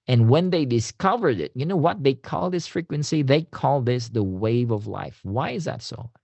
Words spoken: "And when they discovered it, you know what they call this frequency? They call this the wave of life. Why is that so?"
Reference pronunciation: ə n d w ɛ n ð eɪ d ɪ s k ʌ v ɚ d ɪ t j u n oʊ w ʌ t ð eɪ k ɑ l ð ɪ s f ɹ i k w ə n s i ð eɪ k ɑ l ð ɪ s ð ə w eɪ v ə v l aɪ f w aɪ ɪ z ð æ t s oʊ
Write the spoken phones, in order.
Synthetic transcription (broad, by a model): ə n w ɛ n ð eɪ d ɪ s k ʌ v ɚ d ɪ t j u n oʊ w ʌ t ð eɪ k ɑ l ð ɪ s f ɹ i k w ə n s i ð eɪ k ɑ l ð ɪ s ð ə w eɪ v ə v l aɪ f w aɪ ɪ z ð æ t s oʊ